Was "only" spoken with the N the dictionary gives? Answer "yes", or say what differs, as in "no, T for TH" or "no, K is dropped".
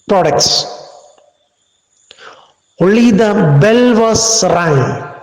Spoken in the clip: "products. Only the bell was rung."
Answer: no, N is dropped